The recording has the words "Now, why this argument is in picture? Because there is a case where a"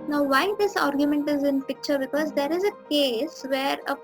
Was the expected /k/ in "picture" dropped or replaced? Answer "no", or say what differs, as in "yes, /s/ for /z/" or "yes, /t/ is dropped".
no